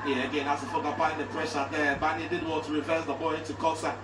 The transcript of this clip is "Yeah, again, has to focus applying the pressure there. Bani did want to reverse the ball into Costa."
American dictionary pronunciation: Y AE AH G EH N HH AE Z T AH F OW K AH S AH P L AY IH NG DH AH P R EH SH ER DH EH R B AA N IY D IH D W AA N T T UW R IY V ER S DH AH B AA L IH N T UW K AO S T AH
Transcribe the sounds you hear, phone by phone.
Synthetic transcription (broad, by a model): Y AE AH G EH N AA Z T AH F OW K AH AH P AY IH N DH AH P R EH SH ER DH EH B AA N IY D IH D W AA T T UW R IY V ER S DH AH B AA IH IH N T UW K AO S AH